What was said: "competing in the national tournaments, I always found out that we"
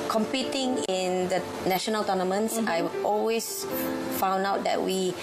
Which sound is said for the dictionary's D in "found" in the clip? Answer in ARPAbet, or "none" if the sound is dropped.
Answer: D